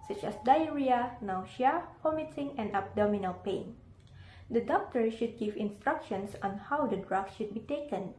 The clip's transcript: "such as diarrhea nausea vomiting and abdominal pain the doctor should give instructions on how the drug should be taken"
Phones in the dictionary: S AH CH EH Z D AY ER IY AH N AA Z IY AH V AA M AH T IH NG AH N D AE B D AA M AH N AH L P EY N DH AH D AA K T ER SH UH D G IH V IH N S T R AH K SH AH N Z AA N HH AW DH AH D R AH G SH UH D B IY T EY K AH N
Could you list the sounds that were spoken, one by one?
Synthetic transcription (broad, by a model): S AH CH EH S D AY ER IY AH N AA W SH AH P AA M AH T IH NG AH N D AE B D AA M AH N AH L P EY N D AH D AA K T ER SH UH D G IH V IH N S T R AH K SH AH N S AA N HH AW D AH D R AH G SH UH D B IY T EY K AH N